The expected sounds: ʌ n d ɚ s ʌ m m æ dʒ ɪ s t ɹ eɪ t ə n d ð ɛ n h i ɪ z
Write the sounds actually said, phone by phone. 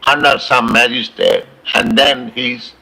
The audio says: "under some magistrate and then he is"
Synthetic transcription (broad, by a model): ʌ n d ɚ s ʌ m m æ dʒ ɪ s t eɪ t ə n d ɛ n h i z